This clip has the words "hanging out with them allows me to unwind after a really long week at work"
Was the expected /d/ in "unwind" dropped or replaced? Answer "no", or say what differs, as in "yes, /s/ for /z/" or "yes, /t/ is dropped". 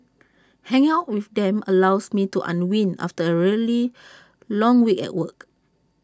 yes, /d/ is dropped